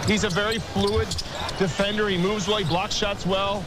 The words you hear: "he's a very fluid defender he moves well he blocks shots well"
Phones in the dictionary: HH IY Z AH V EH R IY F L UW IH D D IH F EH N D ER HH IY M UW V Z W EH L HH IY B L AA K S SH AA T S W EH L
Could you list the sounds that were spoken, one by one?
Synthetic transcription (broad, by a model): HH IY Z AH V EH R IY F L UW IH D D IH F EH N D ER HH IY M UW V Z W EH L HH IY B L AA K S SH AA T S W EH L